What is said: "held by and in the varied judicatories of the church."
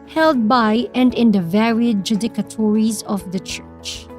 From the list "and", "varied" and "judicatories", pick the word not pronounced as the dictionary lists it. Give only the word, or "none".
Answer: none